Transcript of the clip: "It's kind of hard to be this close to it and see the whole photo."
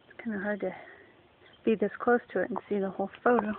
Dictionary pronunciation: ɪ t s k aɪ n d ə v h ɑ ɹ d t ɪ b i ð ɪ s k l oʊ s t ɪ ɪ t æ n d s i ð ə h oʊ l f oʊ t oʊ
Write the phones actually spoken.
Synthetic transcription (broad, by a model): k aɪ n ə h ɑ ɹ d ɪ b i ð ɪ s k l oʊ s t ɪ ɪ t n s i ð ə h oʊ l f oʊ t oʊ